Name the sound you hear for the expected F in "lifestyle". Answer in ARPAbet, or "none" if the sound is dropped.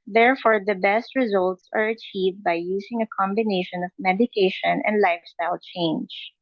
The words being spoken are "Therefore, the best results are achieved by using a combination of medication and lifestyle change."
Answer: F